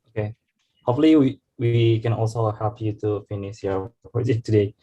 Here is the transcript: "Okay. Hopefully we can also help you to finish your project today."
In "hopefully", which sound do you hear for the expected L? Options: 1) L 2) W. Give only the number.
2